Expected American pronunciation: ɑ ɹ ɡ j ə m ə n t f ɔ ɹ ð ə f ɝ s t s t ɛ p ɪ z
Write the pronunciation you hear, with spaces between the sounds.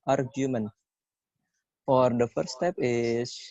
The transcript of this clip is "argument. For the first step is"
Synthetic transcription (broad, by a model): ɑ ɹ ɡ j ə m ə n f ɔ ɹ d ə f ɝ t s t ɛ p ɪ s